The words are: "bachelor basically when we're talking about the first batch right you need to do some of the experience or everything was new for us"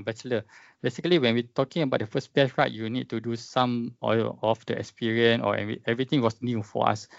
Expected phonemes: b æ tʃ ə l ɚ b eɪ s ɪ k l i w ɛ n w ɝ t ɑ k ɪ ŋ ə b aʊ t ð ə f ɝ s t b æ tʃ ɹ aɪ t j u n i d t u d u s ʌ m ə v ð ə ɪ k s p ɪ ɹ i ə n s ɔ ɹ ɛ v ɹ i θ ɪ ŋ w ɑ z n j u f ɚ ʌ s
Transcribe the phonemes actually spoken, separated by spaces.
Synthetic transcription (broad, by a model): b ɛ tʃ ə l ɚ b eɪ s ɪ k l i w ɛ n w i t ɑ k ɪ ŋ ə b aʊ t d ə f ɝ s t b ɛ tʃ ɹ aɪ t j u n i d t u d u s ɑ m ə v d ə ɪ k s p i ɹ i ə n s ɔ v ɛ v ɹ i t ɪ ŋ w ɑ s n j u f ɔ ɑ s